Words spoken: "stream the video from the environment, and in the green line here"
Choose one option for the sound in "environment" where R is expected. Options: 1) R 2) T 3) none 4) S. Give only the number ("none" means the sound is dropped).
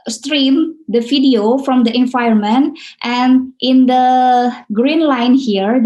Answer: 3